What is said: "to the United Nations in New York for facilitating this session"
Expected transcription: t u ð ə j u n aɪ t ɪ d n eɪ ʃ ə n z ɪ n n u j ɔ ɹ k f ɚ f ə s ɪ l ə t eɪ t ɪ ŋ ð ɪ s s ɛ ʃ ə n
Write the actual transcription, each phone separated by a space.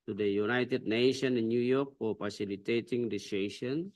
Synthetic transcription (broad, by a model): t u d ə j u n aɪ t ɪ d n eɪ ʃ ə n ɪ n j u j ɔ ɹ k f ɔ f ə s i l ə t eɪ t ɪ ŋ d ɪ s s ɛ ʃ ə n